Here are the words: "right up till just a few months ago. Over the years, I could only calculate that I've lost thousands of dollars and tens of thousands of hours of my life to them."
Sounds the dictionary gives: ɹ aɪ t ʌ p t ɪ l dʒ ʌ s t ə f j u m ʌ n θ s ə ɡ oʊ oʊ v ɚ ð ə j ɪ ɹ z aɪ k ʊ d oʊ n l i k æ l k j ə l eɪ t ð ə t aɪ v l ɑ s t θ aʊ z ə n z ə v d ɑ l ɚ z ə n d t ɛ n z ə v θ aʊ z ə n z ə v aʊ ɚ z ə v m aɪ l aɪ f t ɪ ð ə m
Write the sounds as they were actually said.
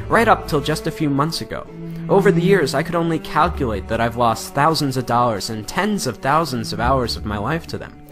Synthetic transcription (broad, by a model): ɹ aɪ t ʌ p t ɪ l dʒ ʌ s t ə f j u m ʌ n θ s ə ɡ oʊ oʊ v ɚ ð ə j ɪ ɹ z aɪ k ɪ d oʊ n l i k æ l k j ə l eɪ t ð ə t aɪ v l ɑ s t θ aʊ z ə n z ə v d ɑ l ɚ z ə n t ɛ n z ə v θ aʊ z ə n z ə v aʊ ɚ z ə v m aɪ l aɪ f t ɪ ð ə m